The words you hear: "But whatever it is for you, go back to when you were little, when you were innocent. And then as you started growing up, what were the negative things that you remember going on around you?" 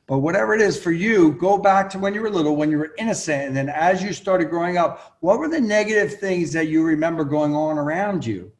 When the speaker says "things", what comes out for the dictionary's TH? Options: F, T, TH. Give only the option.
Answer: TH